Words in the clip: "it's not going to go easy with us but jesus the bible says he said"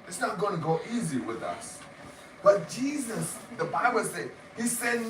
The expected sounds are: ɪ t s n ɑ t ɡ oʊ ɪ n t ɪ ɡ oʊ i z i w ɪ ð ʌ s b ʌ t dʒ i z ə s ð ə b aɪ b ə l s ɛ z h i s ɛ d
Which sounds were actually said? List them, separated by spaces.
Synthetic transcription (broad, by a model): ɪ t s n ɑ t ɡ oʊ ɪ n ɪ ɡ oʊ i z i w ɪ ð ʌ s b ʌ t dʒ i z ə s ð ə b aɪ b ə l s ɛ h i s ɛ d